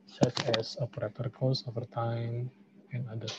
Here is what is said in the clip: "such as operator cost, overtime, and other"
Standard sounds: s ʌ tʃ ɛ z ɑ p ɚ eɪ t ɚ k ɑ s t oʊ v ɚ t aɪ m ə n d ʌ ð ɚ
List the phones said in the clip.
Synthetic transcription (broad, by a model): s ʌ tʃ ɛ s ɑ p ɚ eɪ t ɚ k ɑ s oʊ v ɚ t aɪ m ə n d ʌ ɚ